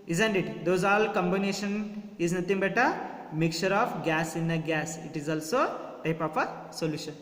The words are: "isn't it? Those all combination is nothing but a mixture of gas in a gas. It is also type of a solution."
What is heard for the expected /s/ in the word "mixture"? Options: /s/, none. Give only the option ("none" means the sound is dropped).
none